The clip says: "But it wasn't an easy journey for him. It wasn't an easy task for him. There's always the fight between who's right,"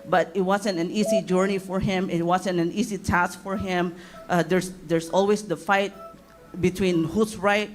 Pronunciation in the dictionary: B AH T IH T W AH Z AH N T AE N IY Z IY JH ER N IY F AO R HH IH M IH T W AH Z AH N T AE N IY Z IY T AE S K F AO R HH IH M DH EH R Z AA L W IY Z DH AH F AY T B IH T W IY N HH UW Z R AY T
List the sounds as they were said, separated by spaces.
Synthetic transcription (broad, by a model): B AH T IH T W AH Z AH N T AE N IY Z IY JH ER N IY F AO R HH IH M IH T W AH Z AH N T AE N IY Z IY T AE S K F AO R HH IH M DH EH R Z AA L W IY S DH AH F AY T B IH T W IY N HH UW S R AY T